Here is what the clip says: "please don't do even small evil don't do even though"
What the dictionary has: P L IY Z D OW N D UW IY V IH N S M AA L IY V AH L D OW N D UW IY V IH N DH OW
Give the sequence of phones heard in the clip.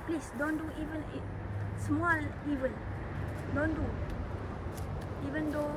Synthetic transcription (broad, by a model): P L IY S D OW N D UW IY V IH N S M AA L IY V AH N D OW N D UW IY V IH N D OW